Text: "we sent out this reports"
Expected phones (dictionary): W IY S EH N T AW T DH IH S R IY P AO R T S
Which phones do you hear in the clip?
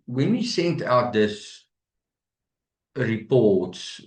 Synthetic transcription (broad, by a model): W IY S EH N T AW T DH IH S R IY P AO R T S